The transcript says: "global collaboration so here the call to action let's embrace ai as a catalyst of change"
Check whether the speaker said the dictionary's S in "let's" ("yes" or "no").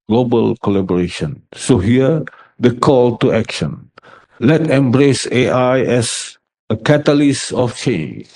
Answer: no